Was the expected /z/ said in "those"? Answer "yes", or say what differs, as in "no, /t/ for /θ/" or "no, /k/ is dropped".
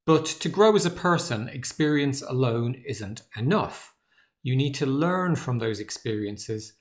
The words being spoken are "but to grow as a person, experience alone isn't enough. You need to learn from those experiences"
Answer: yes